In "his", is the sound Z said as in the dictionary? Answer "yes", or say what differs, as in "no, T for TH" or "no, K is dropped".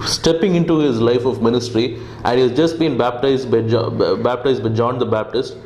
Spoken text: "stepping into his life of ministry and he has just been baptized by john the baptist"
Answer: yes